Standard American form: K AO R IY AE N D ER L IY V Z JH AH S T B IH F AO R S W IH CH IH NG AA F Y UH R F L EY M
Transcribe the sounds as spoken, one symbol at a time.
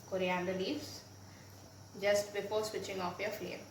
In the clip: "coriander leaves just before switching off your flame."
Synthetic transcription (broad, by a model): K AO R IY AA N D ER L IY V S JH AH S T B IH P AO S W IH CH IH NG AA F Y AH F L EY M